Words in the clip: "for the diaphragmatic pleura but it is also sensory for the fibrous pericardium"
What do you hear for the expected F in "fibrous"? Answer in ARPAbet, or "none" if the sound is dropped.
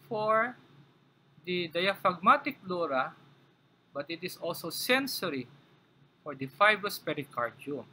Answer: F